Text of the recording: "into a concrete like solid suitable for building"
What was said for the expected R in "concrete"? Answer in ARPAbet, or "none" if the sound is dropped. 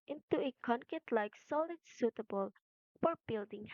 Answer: none